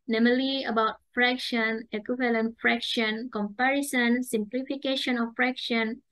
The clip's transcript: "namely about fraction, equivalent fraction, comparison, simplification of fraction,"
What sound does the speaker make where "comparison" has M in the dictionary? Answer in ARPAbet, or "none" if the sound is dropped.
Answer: M